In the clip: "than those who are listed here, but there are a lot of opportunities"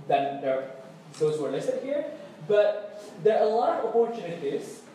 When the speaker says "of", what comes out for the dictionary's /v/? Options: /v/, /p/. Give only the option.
/p/